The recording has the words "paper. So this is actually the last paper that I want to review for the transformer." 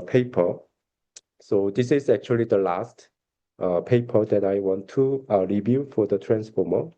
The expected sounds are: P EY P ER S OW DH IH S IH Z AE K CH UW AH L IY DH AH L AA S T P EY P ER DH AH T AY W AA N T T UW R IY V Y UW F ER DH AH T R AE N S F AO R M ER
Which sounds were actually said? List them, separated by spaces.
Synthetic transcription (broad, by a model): P EY P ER S OW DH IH S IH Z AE K CH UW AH L IY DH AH L AA S T P EY P ER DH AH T AY W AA N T T UW R IY V Y UW F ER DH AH T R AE N S F AO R M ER